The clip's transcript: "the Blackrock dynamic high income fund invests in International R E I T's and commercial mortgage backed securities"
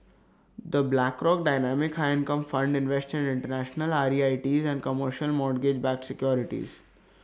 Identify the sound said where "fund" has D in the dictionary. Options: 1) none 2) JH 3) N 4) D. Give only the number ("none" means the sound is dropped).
4